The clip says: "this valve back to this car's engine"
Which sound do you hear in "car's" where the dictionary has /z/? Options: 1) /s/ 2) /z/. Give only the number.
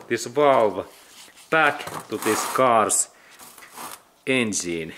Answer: 1